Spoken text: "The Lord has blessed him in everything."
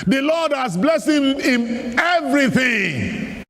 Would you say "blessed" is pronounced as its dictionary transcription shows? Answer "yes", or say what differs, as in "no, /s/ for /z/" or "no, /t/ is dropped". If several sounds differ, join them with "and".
no, /t/ is dropped